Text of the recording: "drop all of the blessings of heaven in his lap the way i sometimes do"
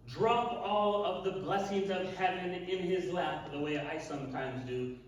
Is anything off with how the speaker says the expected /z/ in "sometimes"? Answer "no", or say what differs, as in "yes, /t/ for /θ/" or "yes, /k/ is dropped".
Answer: no